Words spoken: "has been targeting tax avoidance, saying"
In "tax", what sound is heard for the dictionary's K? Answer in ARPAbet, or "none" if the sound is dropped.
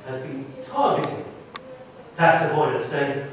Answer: K